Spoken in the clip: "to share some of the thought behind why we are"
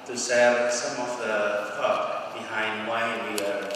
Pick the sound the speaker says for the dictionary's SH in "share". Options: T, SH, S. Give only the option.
S